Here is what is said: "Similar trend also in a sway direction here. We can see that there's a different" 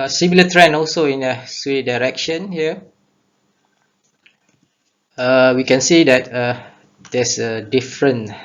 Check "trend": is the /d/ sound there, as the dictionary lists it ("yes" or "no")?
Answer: no